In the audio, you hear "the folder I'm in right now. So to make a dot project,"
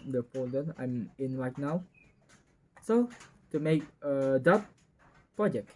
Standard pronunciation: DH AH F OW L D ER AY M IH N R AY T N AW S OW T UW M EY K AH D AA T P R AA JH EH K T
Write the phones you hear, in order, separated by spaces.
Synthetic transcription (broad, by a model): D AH P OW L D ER AY M IH N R AY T N AW S OW T UW M EY K AH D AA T P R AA JH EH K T